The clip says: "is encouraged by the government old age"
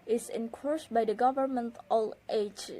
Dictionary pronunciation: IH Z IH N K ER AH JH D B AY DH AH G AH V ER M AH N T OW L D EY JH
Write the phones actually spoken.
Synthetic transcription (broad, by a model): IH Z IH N K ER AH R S B AY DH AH G AH V ER M AH N T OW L EY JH